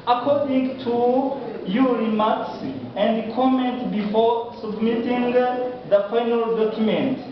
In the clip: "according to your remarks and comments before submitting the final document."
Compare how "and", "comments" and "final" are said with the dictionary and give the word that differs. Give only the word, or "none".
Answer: comments